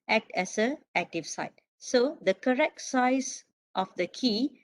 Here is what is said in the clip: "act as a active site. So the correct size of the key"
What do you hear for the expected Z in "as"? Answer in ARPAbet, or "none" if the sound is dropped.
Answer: S